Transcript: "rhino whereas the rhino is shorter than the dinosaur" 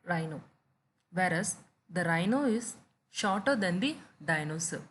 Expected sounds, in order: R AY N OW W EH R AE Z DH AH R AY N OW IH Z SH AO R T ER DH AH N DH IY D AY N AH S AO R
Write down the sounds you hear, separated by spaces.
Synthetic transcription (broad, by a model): R AY N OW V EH R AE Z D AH R AY N OW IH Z SH AO R T ER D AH N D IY D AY N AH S